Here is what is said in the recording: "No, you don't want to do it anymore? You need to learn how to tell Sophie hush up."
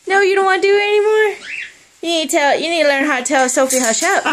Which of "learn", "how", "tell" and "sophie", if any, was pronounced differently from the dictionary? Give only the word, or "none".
none